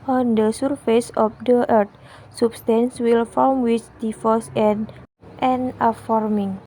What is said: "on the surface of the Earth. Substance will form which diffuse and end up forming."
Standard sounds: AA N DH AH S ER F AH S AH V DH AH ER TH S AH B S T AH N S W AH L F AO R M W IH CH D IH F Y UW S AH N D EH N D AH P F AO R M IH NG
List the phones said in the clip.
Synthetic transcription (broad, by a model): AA N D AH S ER F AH S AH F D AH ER T S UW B S T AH N S W AH L F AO L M W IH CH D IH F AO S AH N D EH N AH F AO R M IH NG